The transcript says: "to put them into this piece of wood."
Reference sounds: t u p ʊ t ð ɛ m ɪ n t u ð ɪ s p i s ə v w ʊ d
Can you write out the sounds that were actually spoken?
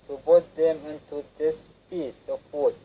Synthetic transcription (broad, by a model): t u b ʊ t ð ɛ m ɪ n t u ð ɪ s p i s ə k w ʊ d